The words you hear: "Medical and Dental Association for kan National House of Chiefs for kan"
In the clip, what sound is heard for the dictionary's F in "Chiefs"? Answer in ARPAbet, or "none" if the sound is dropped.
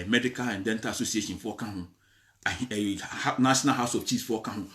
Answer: none